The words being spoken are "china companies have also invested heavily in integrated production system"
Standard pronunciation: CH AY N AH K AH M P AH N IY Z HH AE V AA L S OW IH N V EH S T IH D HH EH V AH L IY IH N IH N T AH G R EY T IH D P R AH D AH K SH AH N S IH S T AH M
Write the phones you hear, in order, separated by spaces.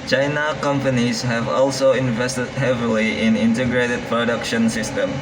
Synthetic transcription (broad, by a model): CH AY N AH K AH M P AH N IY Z HH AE V AA L S OW IH N V EH S T IH D HH EH V AH L IY IH N IH N T AH G R EY T IH D P R AH D AH K SH AH N S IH S T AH M